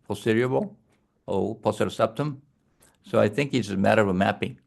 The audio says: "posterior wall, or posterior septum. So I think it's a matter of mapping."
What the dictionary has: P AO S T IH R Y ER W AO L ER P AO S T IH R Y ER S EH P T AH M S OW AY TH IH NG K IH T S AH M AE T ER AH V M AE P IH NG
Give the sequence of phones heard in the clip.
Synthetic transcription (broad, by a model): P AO S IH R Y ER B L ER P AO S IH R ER S EH P T AH M S OW AY TH IH NG K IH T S AH M AE T ER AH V M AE P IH NG